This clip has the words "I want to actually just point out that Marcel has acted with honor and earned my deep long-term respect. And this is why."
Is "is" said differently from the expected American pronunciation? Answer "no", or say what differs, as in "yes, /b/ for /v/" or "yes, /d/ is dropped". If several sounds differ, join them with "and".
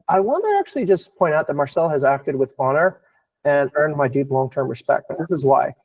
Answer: no